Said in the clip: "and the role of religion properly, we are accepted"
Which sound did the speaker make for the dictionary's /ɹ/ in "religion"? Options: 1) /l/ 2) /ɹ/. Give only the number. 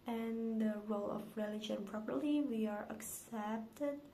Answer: 2